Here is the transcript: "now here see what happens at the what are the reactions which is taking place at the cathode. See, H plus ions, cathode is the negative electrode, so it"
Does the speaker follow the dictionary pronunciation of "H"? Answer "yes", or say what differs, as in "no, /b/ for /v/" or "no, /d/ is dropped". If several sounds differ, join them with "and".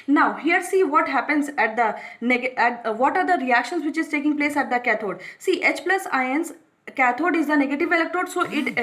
yes